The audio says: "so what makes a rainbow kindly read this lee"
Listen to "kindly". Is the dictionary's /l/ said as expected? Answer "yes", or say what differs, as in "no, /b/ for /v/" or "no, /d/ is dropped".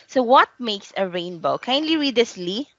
yes